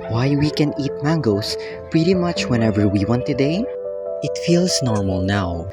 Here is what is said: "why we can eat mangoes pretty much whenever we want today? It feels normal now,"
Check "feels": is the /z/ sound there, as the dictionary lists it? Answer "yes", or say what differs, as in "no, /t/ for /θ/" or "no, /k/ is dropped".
no, /s/ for /z/